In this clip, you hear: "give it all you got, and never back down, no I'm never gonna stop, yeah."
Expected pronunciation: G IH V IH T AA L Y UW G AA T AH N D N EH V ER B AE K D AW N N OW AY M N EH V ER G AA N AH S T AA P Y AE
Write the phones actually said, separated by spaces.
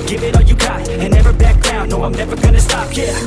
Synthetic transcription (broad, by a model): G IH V IH T AA L Y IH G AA AH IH N EH V ER B AE K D AW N N OW AY M N EH V ER G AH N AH S T AA P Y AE